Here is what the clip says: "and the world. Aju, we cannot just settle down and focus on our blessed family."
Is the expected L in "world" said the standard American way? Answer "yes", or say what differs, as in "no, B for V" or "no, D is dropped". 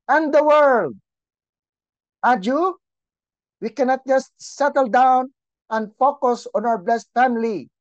yes